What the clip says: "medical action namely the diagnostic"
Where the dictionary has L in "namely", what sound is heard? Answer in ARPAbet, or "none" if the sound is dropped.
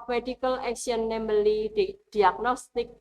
none